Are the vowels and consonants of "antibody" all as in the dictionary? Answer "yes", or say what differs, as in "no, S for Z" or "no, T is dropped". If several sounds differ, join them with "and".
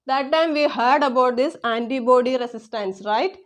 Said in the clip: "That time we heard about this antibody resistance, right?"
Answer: yes